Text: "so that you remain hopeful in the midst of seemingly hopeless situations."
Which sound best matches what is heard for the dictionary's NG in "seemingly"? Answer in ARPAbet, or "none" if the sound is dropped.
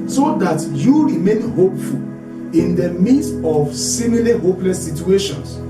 none